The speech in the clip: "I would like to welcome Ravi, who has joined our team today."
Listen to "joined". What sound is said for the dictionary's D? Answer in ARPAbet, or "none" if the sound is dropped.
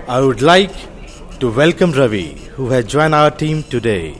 none